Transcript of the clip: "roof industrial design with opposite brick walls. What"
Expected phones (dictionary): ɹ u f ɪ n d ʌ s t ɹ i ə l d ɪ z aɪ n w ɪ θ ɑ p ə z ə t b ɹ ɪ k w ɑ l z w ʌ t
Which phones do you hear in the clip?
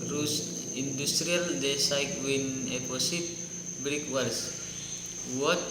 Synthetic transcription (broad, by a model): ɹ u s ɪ n d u s t ɹ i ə l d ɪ s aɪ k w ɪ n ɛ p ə s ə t b ɹ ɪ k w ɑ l s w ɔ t